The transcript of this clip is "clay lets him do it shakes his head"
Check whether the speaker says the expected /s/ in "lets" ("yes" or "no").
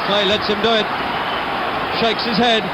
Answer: yes